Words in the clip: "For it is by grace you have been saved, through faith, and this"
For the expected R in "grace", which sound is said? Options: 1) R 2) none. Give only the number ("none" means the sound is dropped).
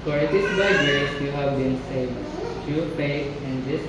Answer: 2